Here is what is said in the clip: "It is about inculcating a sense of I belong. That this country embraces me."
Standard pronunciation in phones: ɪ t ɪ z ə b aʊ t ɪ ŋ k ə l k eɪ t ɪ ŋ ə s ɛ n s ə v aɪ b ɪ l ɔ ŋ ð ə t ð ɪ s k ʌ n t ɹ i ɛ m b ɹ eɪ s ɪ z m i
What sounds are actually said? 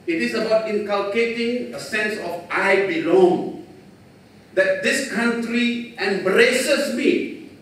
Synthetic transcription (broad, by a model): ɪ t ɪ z ə b aʊ t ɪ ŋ k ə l k eɪ t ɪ ŋ ə s ɛ n s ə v aɪ b ɪ l ɔ ŋ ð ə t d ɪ s k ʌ n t ɹ i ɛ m b ɹ eɪ s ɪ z m i